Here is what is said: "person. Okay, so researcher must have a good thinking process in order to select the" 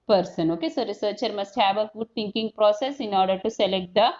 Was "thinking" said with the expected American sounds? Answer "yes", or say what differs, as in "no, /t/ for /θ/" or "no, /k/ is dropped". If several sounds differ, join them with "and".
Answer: no, /t/ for /θ/